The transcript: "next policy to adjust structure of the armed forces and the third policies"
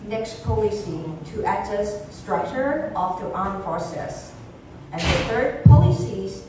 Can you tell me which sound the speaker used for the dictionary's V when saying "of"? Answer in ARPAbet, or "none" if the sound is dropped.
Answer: F